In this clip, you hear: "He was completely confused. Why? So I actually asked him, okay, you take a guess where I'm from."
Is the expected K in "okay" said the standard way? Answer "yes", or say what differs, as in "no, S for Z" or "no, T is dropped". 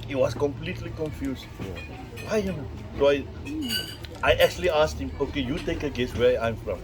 yes